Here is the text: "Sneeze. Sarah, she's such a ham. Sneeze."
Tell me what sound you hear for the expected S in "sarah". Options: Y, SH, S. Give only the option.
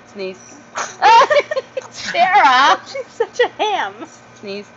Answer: SH